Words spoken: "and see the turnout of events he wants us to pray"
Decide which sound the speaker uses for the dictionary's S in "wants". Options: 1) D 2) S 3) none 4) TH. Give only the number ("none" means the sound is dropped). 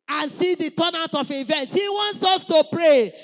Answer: 2